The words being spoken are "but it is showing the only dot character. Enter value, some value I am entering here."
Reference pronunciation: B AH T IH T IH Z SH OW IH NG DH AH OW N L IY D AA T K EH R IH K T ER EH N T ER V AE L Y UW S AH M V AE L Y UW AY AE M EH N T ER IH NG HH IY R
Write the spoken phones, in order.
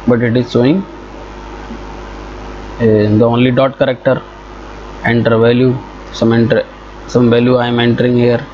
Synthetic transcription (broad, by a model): B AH T IH T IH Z S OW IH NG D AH OW N L IY D AA T K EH R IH K T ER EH N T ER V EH L Y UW S AH M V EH L Y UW AY M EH N T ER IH NG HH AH R